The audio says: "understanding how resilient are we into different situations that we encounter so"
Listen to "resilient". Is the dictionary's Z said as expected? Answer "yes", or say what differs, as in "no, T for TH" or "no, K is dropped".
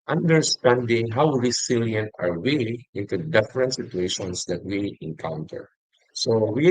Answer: no, S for Z